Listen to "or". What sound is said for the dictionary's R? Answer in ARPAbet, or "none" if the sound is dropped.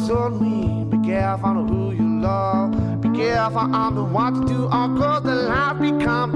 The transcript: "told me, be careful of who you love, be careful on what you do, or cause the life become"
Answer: L